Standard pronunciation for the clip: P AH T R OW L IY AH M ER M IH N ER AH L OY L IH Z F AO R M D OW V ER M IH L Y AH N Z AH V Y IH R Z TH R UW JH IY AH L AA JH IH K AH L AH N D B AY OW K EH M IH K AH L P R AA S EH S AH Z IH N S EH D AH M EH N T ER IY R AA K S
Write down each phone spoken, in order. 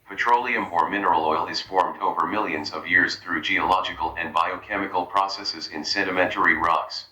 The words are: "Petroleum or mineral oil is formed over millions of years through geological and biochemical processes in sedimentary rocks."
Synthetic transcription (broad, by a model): P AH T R OW L IY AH M ER M IH N ER AH L OY L IH Z F AO R M D OW V ER M IH L Y AH N Z AH V Y IH R Z TH R UW JH IY AH L AA JH IH K AH L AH N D B AY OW K EH M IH K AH L P R AA S EH S AH Z IH N S EH D AH M EH N T ER IY R AA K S